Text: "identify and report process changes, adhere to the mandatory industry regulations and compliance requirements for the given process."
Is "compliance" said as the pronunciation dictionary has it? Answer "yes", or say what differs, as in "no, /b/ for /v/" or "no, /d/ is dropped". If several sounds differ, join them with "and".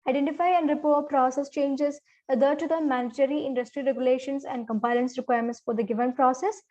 no, /l/ is dropped